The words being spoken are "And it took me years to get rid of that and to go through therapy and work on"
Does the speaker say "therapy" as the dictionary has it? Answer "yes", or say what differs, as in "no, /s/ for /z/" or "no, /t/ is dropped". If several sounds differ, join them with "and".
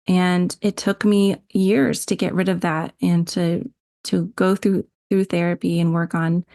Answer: yes